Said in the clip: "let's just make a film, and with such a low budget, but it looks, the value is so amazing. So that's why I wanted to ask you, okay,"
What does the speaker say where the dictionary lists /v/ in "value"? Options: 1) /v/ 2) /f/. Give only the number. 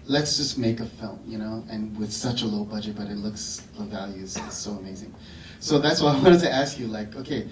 1